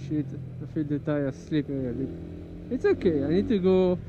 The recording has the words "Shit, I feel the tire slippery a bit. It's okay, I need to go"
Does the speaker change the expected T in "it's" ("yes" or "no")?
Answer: no